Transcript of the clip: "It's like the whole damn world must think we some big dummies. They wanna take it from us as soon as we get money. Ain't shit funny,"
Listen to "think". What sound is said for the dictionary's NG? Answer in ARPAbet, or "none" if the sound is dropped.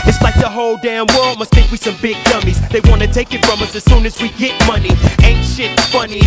none